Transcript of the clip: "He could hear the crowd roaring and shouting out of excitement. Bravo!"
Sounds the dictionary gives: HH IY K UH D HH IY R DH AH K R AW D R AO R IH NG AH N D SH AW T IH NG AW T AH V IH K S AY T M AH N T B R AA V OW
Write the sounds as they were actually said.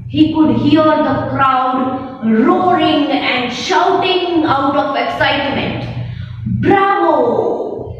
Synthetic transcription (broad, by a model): HH IY K UH D HH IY R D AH K R AW D R AO R IH NG AH N D SH AW T IH NG AW T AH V IH K S AY T M AH N T B R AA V OW